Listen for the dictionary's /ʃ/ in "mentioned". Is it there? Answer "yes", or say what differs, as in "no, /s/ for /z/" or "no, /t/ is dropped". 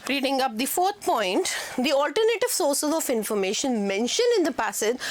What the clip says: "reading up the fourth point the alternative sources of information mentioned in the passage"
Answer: yes